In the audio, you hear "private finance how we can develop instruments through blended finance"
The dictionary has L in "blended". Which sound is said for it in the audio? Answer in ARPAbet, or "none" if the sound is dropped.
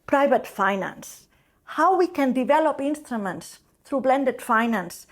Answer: L